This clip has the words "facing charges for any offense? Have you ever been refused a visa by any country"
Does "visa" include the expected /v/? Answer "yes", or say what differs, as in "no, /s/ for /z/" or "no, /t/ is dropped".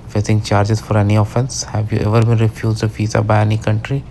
no, /f/ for /v/